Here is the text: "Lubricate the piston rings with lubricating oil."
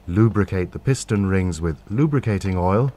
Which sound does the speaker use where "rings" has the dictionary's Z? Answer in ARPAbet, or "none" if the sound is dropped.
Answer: Z